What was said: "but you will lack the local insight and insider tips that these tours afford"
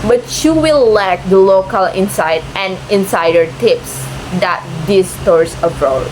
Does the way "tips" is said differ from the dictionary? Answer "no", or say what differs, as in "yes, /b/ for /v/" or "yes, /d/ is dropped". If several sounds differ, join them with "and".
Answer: no